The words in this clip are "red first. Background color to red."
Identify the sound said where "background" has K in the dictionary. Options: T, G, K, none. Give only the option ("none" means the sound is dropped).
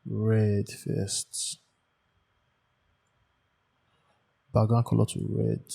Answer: none